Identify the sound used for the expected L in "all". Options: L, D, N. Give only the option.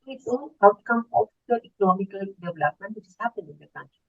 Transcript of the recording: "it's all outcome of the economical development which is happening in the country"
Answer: N